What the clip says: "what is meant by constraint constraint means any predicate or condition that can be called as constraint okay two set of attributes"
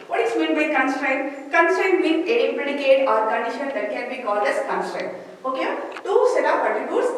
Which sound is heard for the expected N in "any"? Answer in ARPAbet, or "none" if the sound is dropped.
none